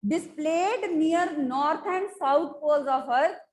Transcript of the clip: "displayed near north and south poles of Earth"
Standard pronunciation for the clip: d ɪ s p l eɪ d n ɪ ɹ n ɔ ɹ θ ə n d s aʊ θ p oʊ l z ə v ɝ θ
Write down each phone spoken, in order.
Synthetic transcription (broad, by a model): d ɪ s p l eɪ d n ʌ ɹ n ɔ ɹ t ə n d s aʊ t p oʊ l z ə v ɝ